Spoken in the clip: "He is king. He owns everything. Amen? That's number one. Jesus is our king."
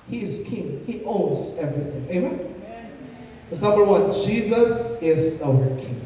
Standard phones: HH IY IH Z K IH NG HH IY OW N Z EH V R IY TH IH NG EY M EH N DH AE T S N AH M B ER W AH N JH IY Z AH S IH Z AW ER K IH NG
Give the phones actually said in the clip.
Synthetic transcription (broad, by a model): HH IY IH Z K IH NG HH IY OW N Z EH V R IY TH IH NG EY M EH N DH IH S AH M ER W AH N JH IY Z AH S IH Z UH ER K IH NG